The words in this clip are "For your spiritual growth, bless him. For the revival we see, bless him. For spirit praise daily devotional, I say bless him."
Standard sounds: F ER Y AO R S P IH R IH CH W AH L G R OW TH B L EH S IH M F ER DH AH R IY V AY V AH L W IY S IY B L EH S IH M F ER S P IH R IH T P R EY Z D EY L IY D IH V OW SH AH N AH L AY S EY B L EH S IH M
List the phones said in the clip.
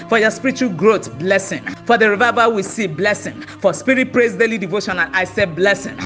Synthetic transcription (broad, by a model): F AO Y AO S P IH R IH CH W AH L G R OW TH B L EH S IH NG F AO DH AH R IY V AY V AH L W IY S IY B L EH S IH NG F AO S P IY R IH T P R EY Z D EY L IY D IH V OW SH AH N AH N AY S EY B L EH S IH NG